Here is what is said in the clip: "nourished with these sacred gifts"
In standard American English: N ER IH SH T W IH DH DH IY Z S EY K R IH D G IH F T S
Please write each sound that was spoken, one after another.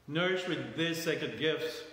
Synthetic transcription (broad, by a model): N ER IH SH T W IH DH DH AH S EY K IH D G IH F T S